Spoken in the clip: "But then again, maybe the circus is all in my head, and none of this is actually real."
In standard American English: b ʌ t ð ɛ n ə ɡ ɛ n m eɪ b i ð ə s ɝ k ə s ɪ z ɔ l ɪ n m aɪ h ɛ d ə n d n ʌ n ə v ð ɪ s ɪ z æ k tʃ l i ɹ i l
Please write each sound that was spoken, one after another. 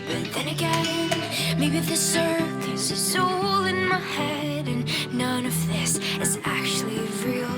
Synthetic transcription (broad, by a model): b ʌ t ð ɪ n ə ɡ ɛ n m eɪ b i ð ə s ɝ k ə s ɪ s ɔ l ɪ n m aɪ h ɛ d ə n n ʌ n ə v ð ɪ s ɪ z æ k tʃ l i ɹ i l